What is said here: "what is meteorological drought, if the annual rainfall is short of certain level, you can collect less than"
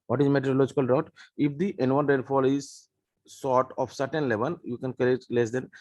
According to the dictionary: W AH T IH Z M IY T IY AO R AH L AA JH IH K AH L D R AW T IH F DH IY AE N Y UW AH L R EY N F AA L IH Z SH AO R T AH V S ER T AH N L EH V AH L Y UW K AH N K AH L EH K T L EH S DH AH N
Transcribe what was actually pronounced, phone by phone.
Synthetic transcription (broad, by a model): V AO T IH Z M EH T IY R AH L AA JH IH K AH L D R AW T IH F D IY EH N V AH N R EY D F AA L IH Z S AO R T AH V S ER T AH N L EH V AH N Y UW K AH N K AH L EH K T L EH S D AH N